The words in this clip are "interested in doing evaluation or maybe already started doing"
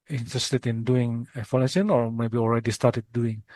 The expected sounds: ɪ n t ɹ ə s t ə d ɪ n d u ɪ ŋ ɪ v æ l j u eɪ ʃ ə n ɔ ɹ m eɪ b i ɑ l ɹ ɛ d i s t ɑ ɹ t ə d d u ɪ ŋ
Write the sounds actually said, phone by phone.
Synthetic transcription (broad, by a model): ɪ n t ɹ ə s t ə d ɪ n d u ɪ ŋ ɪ f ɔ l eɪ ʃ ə n ɔ ɹ m eɪ b i ɑ l ɹ ɛ d i s t ɑ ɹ t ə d d u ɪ ŋ